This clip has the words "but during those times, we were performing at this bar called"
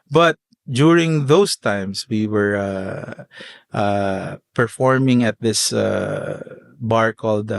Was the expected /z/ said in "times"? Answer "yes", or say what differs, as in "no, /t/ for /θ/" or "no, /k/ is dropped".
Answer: no, /s/ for /z/